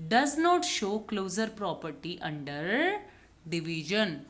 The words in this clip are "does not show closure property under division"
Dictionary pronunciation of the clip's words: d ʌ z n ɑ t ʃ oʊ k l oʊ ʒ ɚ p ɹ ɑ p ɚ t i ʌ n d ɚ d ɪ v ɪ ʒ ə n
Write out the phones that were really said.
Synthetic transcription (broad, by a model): d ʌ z n ɑ t ʃ oʊ k l oʊ z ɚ p ɹ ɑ p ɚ t i ʌ n d ɚ d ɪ v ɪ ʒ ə n